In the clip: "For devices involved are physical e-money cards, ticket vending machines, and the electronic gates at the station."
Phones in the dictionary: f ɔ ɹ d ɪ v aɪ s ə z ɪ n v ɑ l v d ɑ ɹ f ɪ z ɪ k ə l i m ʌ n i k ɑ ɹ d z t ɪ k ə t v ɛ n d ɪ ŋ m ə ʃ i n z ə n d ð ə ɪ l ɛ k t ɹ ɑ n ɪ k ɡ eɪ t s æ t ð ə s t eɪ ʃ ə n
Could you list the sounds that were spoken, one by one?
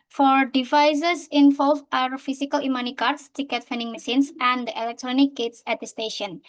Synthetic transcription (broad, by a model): f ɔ ɹ d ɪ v aɪ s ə s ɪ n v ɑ l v ɑ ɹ f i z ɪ k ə l i m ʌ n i k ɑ ɹ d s t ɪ k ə t f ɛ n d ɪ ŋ m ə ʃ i n s ə n d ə ɪ l ɛ k t ɹ ɑ n ɪ k ɡ eɪ t s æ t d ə s t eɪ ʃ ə n